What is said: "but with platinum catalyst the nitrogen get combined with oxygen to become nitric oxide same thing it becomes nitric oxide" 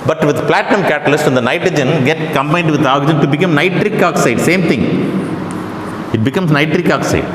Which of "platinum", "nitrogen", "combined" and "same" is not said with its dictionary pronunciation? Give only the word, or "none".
none